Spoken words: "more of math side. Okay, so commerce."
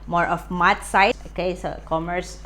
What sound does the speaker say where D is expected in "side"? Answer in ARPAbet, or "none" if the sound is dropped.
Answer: none